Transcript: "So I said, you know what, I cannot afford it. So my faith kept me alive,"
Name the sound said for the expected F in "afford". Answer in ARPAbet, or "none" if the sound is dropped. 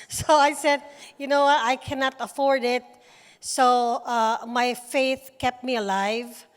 F